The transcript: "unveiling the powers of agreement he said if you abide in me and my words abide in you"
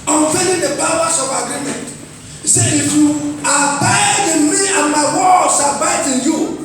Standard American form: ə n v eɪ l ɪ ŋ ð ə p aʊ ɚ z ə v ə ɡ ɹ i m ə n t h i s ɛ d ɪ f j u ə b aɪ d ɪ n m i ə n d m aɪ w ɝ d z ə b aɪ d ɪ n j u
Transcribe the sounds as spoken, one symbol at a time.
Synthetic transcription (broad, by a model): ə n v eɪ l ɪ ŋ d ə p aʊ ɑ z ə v ə ɡ ɹ i m ə n t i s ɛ ɪ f j u ə b aɪ d ɪ n m i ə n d m aɪ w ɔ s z ə b aɪ d ɪ n j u